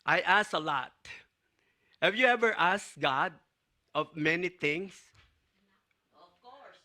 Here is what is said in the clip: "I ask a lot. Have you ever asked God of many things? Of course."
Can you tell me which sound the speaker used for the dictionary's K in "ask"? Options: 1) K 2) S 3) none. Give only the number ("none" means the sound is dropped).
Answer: 3